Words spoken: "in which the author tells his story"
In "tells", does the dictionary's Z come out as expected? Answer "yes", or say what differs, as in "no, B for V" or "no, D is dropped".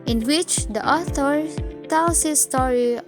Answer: no, S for Z